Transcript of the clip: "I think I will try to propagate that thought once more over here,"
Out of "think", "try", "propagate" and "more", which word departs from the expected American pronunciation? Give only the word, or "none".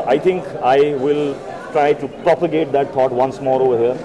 think